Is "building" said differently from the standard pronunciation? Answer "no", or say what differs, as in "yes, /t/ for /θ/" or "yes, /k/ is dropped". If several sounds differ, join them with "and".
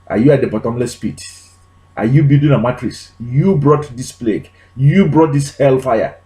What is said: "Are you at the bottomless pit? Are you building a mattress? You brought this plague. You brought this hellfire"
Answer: yes, /l/ is dropped